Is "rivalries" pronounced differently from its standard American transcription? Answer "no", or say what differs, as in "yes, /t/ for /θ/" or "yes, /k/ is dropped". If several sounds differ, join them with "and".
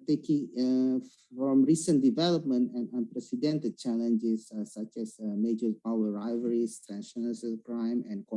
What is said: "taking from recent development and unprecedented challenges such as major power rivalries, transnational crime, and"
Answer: yes, /l/ is dropped and /s/ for /z/